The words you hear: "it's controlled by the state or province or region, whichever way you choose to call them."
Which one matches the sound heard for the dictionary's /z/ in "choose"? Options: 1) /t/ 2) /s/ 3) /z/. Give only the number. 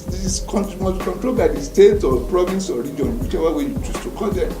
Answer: 2